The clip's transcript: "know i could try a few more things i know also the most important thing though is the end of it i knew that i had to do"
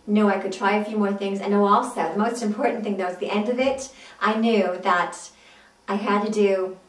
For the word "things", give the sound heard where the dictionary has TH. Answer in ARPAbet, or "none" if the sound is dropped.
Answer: TH